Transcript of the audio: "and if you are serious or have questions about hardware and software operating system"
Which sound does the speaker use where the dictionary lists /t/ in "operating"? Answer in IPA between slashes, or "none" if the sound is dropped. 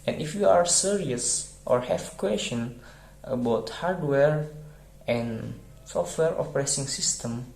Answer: /s/